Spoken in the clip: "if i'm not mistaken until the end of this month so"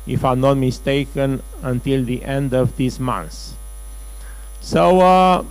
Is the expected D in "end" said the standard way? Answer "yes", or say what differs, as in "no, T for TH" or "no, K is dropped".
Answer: yes